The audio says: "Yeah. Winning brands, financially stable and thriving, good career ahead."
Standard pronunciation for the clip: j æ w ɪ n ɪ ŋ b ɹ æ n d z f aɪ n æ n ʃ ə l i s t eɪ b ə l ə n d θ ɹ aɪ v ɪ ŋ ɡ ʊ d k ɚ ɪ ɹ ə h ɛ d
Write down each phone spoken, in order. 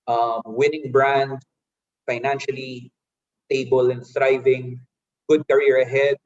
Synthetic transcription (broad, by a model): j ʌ w ɪ n ɪ ŋ b ɹ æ n d f aɪ n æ n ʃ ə l i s t eɪ b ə l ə n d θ ɹ aɪ v ɪ ŋ ɡ ʊ d k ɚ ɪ ɹ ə h ɛ d